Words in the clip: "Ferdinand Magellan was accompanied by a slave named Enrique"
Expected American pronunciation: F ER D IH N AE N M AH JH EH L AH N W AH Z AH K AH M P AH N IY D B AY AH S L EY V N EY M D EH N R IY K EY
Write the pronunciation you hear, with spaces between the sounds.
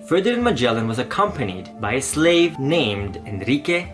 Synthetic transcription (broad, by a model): F ER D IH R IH N M AH JH EH L AH N W AH Z AH K AH M P AH N IY D B AY AH S L EY V N EY M D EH N R IY K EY